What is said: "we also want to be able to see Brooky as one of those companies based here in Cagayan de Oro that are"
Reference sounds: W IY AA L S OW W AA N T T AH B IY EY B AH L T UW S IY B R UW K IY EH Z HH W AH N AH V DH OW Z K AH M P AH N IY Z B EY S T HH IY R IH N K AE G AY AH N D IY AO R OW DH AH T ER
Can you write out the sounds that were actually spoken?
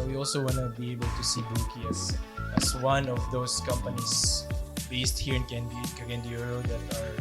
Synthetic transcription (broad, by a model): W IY AA L S OW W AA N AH B IY EY B AH L T UW S IY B UW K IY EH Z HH W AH N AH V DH OW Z K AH M P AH N IY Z B EY S T HH IY R IH N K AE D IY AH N D IY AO R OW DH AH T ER